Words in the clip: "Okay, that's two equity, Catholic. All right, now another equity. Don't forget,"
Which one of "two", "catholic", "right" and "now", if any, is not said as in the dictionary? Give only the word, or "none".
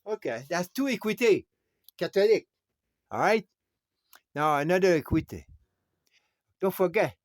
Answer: catholic